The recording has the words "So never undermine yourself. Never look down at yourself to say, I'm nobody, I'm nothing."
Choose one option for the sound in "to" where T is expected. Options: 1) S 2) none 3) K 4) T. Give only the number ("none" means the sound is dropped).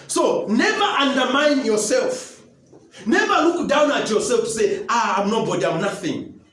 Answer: 1